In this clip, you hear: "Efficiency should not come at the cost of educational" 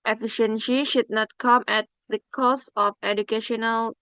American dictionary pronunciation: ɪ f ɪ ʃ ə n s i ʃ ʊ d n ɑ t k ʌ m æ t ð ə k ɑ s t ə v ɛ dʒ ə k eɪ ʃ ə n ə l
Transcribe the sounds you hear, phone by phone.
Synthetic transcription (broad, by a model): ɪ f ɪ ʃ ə n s i ʃ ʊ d n ɑ t k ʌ m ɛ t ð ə k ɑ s ə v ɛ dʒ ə k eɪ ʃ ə n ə l